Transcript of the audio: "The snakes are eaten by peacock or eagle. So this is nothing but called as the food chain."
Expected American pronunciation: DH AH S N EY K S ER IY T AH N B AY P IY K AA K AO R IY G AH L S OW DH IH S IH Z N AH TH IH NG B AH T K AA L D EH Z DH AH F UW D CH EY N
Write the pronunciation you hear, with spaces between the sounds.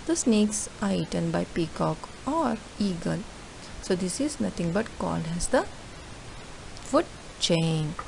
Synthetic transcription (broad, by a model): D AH S N EY K S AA IY T AH N B AY P IY K AA K AO R IY G AH L S OW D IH S IH Z N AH T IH NG B AH T K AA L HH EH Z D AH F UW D CH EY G